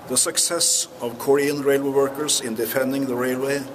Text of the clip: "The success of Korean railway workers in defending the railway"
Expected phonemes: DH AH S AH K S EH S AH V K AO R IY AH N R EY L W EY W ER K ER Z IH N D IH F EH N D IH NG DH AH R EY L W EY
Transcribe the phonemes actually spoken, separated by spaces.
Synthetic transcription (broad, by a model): DH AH S AH K S EH S AH V K AO R IY AH N R EY L W EY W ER K ER S IH N D IH F EH N D IH NG DH AH R EY L W EY